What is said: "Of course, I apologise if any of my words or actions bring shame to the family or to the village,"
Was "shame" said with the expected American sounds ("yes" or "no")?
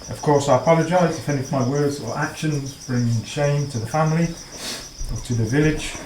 yes